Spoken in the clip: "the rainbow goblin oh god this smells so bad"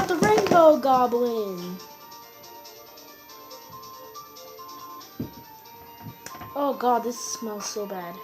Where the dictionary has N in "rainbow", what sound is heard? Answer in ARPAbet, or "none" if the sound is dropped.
N